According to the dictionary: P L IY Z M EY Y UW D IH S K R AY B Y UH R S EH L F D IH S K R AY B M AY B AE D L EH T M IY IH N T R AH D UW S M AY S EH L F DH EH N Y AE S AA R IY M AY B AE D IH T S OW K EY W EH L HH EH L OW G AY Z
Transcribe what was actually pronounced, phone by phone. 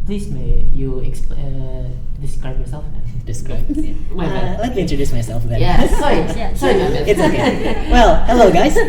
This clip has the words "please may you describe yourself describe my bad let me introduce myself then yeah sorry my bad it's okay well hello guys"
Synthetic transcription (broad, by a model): P L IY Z M EY Y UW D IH S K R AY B Y UH R S EH L F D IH S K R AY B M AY L EH T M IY IH N T R AH D UW S M AY S EH L F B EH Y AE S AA IY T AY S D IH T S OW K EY W EH L HH EH L OW G AY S